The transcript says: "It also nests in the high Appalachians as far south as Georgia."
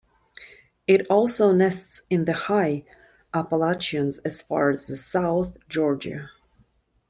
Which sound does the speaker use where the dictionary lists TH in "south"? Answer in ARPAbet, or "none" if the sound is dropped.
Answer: TH